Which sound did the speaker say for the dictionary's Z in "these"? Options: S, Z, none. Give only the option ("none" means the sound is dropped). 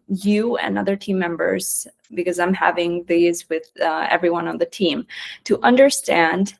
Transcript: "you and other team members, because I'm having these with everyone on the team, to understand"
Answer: Z